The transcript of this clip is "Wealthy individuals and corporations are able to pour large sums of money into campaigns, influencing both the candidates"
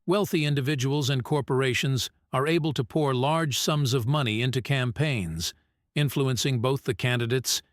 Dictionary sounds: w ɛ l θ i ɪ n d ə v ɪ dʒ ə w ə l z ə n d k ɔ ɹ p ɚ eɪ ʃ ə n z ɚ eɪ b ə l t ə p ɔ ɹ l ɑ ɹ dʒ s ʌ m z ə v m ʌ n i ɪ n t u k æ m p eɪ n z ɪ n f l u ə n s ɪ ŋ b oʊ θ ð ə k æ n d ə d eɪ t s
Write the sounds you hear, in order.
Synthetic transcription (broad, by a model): w ɛ l θ i ɪ n d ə v ɪ dʒ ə w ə l z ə n k ɔ ɹ p ɚ eɪ ʃ ə n z ɚ eɪ b ə l t ə p ɔ ɹ l ɑ ɹ dʒ s ʌ m z ə v m ʌ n i ɪ n t u k æ m p eɪ n z ɪ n f l u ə n s ɪ ŋ b oʊ θ ð ə k æ n d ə d eɪ t s